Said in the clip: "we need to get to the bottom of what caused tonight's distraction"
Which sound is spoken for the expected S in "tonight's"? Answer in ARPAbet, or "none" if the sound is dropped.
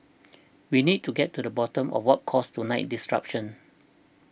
none